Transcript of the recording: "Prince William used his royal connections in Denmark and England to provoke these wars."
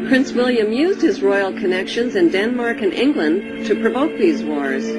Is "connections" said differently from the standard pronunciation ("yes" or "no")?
no